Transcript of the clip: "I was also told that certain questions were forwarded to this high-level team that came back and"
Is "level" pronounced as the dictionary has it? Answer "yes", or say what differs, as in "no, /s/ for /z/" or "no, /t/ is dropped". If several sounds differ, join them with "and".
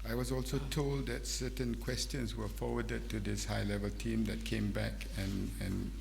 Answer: yes